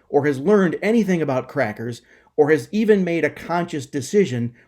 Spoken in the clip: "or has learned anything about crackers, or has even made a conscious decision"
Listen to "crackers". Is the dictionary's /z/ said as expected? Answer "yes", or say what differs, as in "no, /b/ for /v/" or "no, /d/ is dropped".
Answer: yes